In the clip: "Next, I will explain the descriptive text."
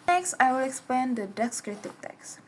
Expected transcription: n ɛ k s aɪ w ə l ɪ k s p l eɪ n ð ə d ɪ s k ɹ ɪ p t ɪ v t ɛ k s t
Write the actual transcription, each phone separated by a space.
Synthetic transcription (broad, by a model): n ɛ k s aɪ w ə l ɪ k s p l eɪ n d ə d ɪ s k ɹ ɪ t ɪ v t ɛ k s